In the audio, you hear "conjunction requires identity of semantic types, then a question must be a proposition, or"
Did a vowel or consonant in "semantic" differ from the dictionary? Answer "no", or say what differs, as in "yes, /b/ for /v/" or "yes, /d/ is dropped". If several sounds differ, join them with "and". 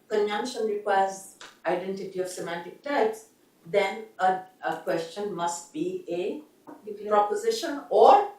no